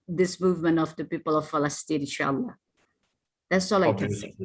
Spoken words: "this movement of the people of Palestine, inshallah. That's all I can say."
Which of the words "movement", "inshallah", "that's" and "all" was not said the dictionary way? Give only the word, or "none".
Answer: inshallah